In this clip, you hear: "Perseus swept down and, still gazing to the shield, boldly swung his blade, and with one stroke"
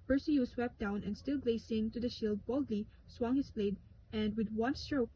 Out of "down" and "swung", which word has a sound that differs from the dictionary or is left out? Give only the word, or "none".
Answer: none